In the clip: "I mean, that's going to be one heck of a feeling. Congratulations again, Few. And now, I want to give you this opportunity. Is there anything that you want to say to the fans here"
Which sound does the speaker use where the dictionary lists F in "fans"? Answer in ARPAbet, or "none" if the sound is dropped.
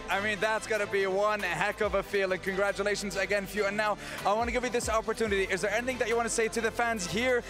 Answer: F